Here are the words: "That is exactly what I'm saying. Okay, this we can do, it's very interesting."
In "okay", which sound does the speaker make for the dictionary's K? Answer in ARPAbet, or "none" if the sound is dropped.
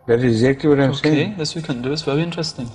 none